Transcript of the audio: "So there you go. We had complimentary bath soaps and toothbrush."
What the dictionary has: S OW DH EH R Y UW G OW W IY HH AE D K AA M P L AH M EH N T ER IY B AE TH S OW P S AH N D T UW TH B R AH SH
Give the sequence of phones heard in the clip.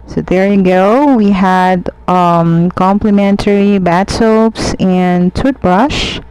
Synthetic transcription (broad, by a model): S OW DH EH R Y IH G OW W IY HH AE D K AA M P L AH M EH N T ER IY B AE T S OW P S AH N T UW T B R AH SH